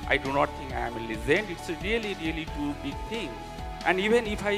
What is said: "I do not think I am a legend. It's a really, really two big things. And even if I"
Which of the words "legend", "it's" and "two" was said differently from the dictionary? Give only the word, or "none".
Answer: legend